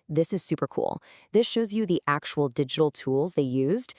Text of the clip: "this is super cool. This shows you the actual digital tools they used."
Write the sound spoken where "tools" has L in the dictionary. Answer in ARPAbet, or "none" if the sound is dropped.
L